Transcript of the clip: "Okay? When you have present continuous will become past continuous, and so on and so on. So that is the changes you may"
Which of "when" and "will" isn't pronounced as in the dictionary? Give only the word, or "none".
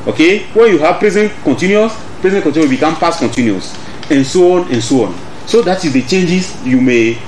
will